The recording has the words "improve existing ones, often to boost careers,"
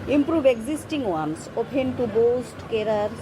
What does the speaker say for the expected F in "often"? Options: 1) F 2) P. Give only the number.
2